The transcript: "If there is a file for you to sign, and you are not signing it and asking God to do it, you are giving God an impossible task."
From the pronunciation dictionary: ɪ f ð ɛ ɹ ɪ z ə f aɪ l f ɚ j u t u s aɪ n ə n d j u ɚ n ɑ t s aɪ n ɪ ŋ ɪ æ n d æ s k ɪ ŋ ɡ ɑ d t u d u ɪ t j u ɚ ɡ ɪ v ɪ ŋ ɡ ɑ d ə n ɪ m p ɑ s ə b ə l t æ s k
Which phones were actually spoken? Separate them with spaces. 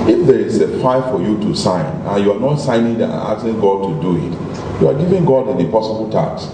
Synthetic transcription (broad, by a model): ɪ f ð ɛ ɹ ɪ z ə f aɪ f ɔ j u t u s aɪ n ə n j u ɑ n ɑ t s aɪ n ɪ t ɪ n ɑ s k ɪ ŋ ɡ ɑ d t u d u ɪ t j u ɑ ɡ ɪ v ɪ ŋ ɡ ɑ d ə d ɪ p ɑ s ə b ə l t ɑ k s